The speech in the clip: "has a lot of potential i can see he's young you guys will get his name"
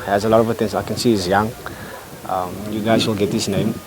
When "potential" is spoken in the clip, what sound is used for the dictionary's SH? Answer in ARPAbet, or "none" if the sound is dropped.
S